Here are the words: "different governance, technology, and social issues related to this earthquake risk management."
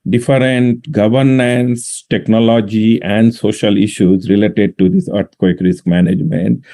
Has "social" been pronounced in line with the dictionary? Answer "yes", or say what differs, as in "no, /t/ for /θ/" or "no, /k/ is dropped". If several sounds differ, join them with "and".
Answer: yes